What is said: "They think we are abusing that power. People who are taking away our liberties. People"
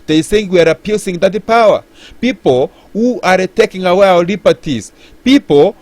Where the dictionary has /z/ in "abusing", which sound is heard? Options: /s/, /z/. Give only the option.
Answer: /s/